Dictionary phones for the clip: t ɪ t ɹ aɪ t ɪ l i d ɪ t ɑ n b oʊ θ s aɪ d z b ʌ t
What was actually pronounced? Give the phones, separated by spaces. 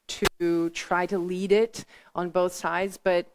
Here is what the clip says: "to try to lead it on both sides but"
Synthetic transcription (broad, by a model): t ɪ t ɹ aɪ t ɪ l i d ɪ t n b oʊ θ s aɪ d z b ʌ t